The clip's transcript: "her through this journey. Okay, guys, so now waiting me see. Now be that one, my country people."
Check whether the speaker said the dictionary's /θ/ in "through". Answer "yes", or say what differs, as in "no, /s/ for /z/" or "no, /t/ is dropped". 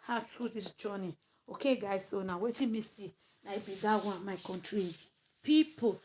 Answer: no, /t/ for /θ/